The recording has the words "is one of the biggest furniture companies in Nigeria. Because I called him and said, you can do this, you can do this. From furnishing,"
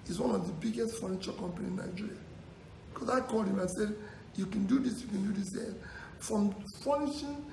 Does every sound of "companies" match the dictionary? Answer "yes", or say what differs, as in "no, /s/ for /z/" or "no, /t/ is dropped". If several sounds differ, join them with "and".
no, /z/ is dropped